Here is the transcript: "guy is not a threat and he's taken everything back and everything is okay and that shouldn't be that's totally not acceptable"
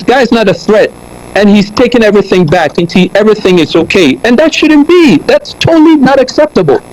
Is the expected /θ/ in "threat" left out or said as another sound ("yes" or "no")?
no